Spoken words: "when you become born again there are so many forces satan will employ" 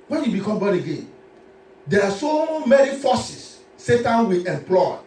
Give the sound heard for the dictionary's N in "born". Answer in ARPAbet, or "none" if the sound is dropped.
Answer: none